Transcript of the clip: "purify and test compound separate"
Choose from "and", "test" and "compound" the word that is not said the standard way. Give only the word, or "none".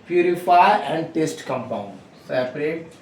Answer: none